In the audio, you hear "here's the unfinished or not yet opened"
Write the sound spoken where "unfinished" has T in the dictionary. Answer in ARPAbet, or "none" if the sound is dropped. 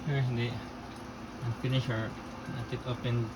none